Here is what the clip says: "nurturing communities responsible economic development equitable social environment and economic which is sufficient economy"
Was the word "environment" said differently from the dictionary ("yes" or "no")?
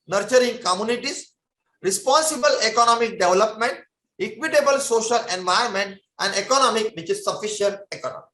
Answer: yes